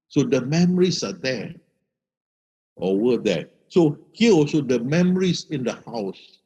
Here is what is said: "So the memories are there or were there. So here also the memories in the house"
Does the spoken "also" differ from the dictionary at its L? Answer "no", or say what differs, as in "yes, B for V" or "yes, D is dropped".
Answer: yes, L is dropped